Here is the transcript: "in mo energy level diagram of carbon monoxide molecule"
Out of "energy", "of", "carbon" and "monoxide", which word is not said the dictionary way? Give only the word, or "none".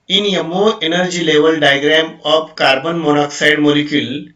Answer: of